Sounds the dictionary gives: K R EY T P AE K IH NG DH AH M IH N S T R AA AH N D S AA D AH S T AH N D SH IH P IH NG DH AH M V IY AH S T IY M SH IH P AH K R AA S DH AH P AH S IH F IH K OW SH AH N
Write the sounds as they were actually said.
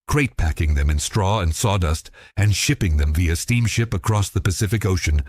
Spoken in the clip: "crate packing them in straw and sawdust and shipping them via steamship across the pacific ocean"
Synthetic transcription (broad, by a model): K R EY T P AE K IH NG DH AH M IH N S T R AA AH N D S AA D AH S T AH N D SH IH P IH NG DH AH M V IY AH S T IY M SH IH P AH K R AA S DH AH P AH S IH F IH K OW SH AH N